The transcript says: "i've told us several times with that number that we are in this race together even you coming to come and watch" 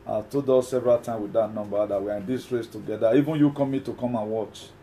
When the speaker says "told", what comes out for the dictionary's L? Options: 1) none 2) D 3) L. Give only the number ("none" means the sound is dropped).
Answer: 1